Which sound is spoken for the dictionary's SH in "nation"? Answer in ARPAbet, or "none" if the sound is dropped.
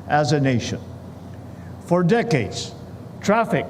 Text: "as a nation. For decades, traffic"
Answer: SH